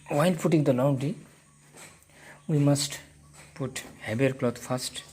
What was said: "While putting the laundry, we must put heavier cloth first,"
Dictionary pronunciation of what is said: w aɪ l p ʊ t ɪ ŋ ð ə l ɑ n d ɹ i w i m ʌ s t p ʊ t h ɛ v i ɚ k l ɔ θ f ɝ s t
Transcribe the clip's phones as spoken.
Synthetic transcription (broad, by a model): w aɪ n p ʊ t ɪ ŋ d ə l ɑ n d i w i m ʌ s t p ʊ t h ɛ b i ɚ k l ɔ t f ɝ s t